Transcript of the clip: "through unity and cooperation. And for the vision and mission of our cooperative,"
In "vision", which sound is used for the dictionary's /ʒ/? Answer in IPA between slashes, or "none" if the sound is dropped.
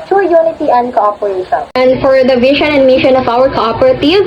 /ʃ/